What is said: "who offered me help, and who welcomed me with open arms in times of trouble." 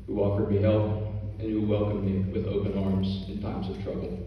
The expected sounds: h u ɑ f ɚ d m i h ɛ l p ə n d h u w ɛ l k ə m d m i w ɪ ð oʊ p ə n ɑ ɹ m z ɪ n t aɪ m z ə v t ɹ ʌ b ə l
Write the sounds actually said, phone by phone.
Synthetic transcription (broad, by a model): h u ɑ f ɚ d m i h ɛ l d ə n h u w ɛ l k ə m m i w ɪ ð oʊ p ə n ɑ ɹ m z ɪ n t aɪ m z ə v t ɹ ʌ b l